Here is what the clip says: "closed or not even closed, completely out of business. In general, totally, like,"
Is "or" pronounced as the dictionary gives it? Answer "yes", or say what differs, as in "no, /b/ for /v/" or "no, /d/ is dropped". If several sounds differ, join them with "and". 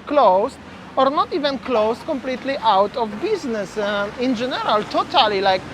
yes